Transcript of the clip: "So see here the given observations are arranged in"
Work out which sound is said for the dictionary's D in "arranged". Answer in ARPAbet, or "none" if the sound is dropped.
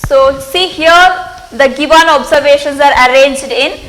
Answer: D